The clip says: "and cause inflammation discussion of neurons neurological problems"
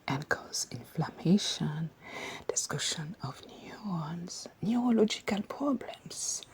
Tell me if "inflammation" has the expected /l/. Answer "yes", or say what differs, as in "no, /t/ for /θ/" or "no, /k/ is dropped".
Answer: yes